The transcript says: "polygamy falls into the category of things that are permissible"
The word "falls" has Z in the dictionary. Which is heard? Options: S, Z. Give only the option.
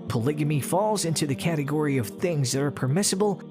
Z